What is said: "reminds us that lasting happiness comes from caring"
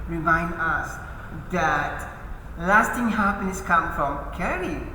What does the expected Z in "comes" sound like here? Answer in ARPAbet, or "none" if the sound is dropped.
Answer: none